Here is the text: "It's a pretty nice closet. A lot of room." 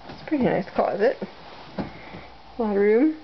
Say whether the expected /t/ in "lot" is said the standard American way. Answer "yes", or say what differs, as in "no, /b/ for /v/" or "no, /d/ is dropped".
no, /t/ is dropped